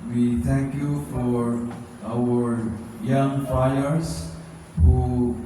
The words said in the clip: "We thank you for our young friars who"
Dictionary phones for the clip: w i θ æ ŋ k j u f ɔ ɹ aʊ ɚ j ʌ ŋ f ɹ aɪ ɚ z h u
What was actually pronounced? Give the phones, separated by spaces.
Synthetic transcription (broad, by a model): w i t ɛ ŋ k j u f ɔ ɹ aʊ ɚ j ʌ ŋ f aɪ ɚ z h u